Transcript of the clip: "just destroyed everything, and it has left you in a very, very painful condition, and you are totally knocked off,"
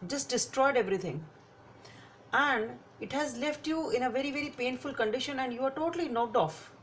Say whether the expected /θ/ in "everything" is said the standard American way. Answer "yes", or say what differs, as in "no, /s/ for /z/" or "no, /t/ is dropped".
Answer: no, /t/ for /θ/